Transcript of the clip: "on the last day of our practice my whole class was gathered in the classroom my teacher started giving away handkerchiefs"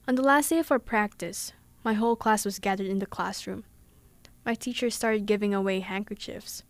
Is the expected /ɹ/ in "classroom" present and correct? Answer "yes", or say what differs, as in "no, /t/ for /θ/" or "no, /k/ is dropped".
yes